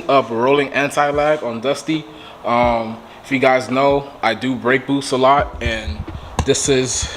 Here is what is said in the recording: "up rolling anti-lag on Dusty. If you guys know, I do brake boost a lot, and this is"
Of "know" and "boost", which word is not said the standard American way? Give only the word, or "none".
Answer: boost